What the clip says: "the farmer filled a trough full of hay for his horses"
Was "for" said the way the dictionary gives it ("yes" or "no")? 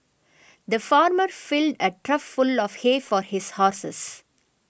yes